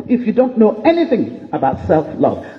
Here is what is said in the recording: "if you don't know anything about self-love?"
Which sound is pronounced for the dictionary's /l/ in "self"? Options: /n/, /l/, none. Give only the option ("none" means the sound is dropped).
/l/